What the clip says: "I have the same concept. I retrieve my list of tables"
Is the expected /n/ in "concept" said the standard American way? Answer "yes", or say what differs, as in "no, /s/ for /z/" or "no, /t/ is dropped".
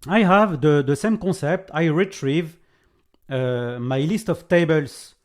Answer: no, /n/ is dropped